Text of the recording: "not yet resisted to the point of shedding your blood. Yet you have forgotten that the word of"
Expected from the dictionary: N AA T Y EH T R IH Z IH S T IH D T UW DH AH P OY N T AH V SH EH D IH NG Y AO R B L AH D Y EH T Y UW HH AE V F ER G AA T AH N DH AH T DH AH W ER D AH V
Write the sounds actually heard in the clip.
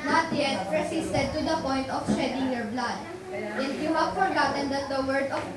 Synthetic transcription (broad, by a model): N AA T Y EH T R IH S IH S T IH D T UW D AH P OY N T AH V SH EH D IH NG Y AO R B L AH D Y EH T Y UW HH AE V F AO G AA T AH N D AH T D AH W ER D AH